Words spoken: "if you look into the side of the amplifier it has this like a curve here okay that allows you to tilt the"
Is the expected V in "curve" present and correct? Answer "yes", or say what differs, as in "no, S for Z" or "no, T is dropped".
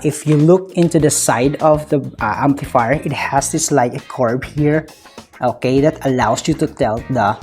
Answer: no, B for V